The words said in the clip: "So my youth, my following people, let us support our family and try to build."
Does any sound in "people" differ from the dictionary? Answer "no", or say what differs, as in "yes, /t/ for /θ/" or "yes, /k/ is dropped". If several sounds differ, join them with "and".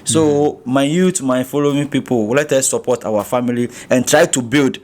yes, /w/ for /l/